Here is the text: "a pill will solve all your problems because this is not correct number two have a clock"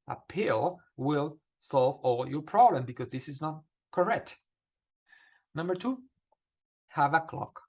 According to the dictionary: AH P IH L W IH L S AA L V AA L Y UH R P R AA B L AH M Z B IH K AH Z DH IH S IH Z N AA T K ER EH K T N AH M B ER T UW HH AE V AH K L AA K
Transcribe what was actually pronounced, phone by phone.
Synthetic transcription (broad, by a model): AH P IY L W IH L S AA L V AA L Y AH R P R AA B L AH M B IH K AH Z DH IH S IH Z N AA T K ER EH K T N AH M B ER T UW HH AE V AH K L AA K